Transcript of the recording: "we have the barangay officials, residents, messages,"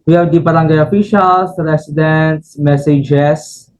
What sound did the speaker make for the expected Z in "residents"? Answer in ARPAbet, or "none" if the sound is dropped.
S